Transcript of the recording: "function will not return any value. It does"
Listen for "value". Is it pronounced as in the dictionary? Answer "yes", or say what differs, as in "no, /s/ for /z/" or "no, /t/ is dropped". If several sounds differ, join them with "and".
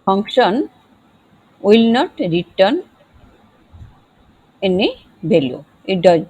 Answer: no, /b/ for /v/